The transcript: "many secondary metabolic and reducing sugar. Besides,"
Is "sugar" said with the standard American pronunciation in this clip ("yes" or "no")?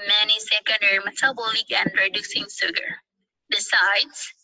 no